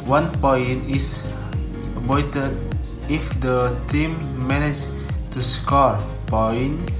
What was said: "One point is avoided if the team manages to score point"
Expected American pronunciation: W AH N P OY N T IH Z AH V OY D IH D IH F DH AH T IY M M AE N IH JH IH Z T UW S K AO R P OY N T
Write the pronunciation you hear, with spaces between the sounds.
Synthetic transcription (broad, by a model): W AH N P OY N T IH S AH P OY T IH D IH F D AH T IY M M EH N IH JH T UW S K AO R P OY N